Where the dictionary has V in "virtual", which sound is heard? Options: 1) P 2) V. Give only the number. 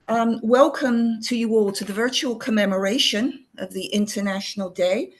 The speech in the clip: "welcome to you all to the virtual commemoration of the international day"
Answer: 2